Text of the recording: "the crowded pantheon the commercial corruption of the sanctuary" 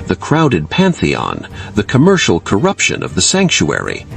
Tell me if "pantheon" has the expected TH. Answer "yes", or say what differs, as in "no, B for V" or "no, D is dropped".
yes